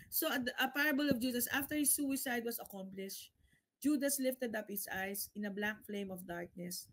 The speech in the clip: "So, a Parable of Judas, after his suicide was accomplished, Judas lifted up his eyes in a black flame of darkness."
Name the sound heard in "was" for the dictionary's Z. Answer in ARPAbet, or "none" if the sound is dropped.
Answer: S